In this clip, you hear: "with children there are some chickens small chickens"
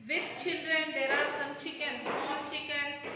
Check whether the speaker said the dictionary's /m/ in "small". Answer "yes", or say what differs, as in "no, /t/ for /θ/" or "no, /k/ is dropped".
no, /m/ is dropped